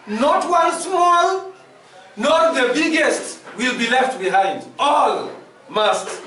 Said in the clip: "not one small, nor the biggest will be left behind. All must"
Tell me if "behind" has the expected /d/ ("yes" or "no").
yes